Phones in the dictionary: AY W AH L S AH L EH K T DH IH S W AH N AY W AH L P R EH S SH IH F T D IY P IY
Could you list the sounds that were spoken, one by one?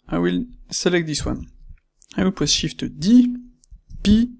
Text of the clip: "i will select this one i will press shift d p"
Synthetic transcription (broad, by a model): AY W AH L S AH L EH K T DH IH S W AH N AY W AH L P W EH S SH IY F T D IY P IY